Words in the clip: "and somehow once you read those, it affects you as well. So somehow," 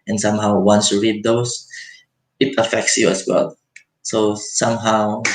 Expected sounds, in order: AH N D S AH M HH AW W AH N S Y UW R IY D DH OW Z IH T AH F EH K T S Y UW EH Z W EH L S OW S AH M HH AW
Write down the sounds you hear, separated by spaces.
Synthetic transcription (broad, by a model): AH N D S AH M HH AW W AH N S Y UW R IY D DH OW S IH T AH F EH K T S Y UW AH S W EH L S OW S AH M HH AW